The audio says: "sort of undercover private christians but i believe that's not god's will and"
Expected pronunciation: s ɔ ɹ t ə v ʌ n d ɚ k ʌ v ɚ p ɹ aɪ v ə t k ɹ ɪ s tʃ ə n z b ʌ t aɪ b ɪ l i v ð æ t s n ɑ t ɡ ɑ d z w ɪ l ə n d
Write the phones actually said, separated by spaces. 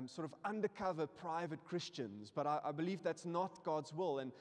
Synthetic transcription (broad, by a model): s ɔ ɹ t ə v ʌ n d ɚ k ʌ v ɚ p ɹ aɪ v ə t k ɹ ɪ s tʃ ə n z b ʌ t aɪ b ɪ l i v ð æ t s n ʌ t ɡ ɑ d z w ɪ l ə n